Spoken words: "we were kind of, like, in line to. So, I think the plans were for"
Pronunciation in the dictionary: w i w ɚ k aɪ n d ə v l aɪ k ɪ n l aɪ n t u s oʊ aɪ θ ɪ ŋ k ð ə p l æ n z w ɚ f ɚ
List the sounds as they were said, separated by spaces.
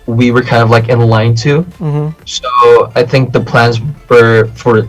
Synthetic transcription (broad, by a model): w i w ɚ k aɪ n d ə v l aɪ k ɪ n l aɪ n t u s oʊ aɪ θ ɪ ŋ k ð ə p l æ n z w ɚ f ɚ